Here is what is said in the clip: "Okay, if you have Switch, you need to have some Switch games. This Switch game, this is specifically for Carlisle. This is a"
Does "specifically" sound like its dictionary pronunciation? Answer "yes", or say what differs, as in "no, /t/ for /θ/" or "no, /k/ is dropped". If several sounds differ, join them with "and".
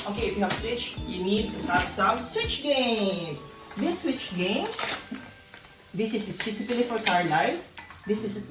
no, /k/ is dropped